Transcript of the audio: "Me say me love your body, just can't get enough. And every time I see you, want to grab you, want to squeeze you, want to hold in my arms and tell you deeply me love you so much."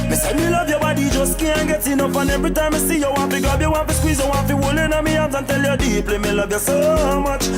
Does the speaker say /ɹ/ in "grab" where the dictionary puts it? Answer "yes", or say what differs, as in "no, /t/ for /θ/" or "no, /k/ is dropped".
no, /ɹ/ is dropped